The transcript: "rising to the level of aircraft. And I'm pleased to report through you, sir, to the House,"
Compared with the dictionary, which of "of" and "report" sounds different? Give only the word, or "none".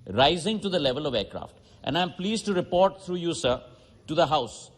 none